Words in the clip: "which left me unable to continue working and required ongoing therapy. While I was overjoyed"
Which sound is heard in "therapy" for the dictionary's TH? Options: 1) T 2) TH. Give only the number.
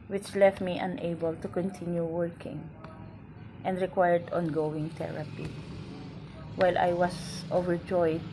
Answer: 1